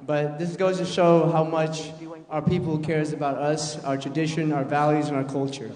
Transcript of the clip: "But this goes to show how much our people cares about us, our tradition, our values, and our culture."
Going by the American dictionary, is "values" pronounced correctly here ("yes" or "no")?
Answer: yes